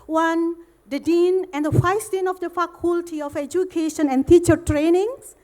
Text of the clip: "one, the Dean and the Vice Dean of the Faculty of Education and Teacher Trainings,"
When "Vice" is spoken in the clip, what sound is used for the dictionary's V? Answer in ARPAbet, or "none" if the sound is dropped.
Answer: F